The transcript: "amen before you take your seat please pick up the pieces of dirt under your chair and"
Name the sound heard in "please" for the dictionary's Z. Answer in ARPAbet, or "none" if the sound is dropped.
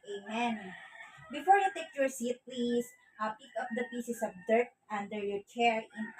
S